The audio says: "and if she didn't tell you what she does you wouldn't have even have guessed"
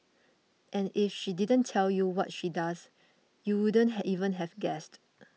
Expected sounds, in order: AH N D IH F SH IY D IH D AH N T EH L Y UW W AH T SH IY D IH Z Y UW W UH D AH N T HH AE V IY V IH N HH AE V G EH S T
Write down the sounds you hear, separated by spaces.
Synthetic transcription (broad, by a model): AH N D IH F SH IY D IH D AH N T EH L Y UW W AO T SH IY D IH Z Y UW W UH D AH N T HH IY V IH N HH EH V G EH S T